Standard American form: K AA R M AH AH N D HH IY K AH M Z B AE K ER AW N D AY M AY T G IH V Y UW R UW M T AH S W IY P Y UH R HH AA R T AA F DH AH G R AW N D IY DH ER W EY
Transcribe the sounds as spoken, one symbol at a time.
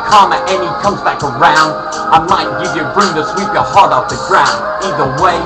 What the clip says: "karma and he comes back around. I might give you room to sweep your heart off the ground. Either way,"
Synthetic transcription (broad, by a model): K AA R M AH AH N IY K AH M Z B AE K ER AW N D AY M AY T G IH V Y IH R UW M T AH S W IY P Y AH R HH AA R T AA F DH AH G R AW N D IY DH ER W EY